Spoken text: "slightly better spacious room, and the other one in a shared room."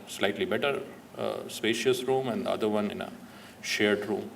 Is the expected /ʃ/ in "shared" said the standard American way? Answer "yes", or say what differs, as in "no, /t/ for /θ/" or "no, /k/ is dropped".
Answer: yes